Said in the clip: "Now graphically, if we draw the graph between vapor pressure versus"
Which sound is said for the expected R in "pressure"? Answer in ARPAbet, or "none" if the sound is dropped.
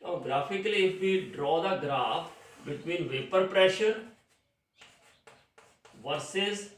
R